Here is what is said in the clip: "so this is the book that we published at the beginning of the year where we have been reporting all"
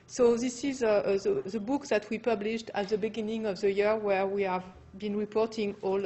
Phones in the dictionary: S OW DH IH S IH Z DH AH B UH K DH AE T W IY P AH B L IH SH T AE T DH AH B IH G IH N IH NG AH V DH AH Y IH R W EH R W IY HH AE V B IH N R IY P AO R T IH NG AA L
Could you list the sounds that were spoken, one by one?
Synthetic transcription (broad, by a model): S OW DH IH S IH Z DH AH B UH K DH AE T W IY P AH B L IH SH T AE T DH AH B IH G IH N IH NG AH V DH AH Y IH R W EH R W IY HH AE V B IH N R IY P AO R T IH NG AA L